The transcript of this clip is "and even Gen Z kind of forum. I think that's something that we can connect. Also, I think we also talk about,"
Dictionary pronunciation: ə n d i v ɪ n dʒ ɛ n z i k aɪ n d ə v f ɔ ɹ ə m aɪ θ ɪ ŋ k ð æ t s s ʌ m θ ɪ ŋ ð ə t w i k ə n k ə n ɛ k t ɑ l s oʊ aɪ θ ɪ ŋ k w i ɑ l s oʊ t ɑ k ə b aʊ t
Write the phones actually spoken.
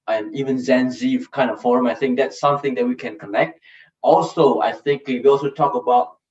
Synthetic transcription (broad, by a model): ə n i v ɪ n z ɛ n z i k aɪ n d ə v f ɔ ɹ ə m aɪ θ ɪ ŋ k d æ t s s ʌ m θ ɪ ŋ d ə t w i k ə n k ə n ɛ k t ɑ l s oʊ aɪ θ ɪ ŋ k w i ɑ l s oʊ t ɑ k ə b aʊ t